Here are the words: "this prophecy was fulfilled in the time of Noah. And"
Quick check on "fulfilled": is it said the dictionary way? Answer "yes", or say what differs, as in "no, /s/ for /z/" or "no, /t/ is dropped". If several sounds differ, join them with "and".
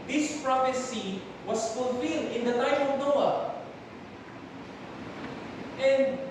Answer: yes